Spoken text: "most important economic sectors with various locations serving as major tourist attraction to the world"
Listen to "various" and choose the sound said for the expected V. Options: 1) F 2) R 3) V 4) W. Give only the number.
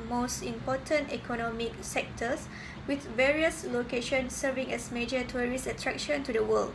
3